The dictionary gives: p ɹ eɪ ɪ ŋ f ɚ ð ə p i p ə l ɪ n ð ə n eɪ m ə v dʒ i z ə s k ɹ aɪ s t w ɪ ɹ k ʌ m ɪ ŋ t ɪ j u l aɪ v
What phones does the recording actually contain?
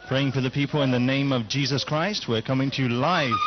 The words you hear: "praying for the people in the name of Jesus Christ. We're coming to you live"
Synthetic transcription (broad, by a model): p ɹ eɪ ɪ ŋ f ɚ ð ə p i p ə l ɪ n ð ə n eɪ m ə v dʒ i z ə s k ɹ aɪ s t w ɪ ɹ k ʌ m ɪ ŋ t ɪ l aɪ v